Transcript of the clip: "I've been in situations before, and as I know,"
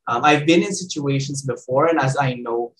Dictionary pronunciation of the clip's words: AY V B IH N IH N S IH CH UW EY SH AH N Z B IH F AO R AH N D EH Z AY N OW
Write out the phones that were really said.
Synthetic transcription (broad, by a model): AY V B IH N IH N S IH CH UW EY SH AH N Z B IH F AO R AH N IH Z AY N OW